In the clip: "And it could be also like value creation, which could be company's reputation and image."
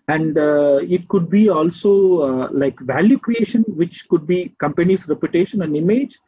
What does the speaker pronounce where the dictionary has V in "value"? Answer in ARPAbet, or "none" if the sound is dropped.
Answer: V